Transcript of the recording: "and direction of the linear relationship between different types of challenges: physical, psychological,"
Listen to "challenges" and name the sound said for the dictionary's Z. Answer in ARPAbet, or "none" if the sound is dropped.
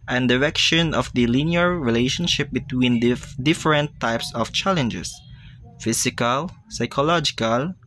S